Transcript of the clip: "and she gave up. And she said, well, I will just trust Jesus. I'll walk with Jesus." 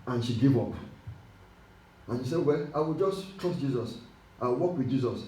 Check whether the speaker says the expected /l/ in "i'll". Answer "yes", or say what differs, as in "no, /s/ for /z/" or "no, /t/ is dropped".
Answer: no, /w/ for /l/